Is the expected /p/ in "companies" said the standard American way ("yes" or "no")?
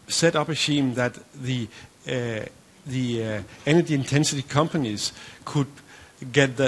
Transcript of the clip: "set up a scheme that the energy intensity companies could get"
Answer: yes